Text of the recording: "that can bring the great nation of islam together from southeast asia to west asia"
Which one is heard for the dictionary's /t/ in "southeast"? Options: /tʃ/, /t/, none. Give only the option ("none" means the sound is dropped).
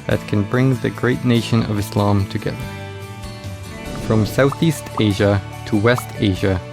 /t/